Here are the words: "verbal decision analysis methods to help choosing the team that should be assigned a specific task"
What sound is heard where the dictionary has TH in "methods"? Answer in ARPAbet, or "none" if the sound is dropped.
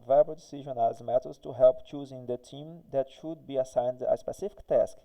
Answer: T